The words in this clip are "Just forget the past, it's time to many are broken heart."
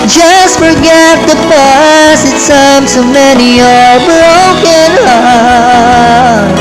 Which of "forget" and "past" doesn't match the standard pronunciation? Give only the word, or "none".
past